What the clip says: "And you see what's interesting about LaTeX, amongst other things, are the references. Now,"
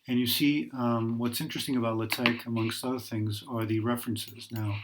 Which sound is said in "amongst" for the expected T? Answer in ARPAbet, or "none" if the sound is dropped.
T